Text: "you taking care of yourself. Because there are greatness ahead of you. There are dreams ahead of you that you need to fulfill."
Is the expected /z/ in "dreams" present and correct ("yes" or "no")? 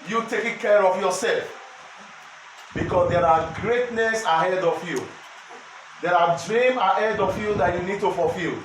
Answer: no